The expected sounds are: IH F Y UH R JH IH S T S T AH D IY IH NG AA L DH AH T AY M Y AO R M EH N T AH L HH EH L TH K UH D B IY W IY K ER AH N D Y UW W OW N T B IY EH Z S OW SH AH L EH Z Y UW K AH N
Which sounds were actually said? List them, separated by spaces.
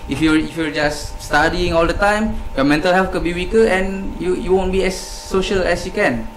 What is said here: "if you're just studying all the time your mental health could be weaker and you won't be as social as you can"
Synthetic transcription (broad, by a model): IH F Y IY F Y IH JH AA S T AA D IY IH NG AA L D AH T AY M Y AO M EH N T AH L HH EH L F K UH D B IY W IY K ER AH N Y Y UW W OW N B IY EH S OW SH AH L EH S Y UW K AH N